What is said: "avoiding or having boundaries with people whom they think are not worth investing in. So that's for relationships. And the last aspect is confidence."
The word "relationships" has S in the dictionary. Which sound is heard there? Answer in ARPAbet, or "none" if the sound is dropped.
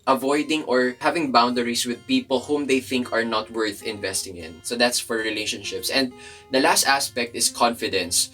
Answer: S